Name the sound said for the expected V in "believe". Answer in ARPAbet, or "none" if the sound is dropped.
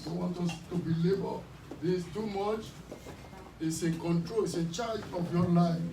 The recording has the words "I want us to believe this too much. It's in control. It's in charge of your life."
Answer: B